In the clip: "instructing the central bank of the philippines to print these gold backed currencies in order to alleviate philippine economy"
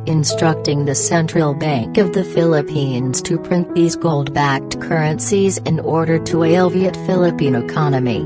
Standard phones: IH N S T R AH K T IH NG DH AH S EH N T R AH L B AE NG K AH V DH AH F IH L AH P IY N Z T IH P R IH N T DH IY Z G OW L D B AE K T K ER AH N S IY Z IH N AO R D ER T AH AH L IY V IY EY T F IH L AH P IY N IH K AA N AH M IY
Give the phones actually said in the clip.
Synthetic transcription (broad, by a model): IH N S T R AH K T IH NG DH AH S EH N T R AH L B AE NG K AH V DH AH F IH L AH P IY N Z T IH P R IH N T DH IY Z G OW L D B AE K T K ER AH N S IY Z IH N AO R D ER T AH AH L V IY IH T F IH L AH P IY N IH K AA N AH M IY